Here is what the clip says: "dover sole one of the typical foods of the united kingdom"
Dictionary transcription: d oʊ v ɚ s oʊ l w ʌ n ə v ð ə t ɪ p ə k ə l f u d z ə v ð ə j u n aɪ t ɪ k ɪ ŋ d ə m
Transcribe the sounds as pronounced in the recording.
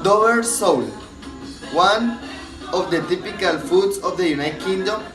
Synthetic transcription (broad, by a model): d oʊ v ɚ s oʊ l w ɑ n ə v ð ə t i p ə k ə l f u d s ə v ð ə j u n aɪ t k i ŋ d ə m